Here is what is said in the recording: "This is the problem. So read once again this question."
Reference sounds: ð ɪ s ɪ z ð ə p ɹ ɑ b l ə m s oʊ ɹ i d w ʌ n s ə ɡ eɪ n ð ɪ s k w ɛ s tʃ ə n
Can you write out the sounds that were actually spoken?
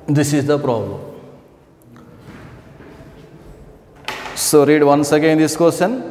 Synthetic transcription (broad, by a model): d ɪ s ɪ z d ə p ɹ ɑ b l ə m s oʊ ɹ i d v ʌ n s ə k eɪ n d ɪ s k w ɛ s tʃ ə n